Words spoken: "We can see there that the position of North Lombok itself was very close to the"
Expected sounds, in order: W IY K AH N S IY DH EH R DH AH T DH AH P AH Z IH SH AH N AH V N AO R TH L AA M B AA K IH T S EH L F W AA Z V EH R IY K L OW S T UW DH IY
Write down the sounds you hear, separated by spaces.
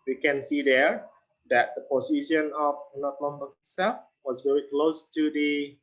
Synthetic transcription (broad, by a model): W IY K AH N S IY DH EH R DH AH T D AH P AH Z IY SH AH N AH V N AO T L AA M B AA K S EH F W AA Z V EH R IY K L OW S T UW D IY